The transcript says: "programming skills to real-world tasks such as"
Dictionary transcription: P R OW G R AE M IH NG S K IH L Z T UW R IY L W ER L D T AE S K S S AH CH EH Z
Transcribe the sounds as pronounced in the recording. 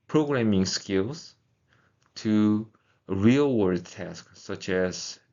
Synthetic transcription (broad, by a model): P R OW G R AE M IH NG S K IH L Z T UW R IY L W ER D T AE S K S S AH CH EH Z